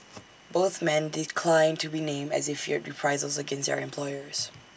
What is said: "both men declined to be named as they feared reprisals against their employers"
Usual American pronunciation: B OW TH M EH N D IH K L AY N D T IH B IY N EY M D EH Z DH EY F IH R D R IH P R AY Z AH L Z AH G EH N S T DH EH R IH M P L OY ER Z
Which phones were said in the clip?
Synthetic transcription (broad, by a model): B OW TH M EH N D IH K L AY N T IH B IY N EY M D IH Z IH F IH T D R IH P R AY Z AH L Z AH G EH N S T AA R IH M P L OY ER Z